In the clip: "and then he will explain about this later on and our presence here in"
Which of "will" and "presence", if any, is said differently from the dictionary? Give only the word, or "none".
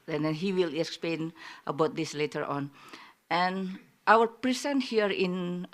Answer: presence